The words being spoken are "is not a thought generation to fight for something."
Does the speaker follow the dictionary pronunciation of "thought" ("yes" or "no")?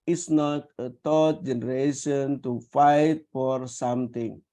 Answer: no